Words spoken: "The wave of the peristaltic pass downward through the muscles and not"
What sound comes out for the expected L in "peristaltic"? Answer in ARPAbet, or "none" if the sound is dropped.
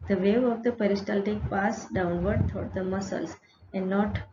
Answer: L